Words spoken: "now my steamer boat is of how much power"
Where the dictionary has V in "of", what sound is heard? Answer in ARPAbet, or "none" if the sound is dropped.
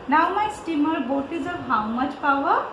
B